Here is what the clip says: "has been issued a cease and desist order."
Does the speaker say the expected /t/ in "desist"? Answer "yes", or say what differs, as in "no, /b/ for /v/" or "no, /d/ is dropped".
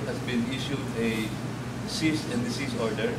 no, /t/ is dropped